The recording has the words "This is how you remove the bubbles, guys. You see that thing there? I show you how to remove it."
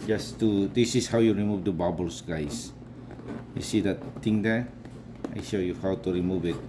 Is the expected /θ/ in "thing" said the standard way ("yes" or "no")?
no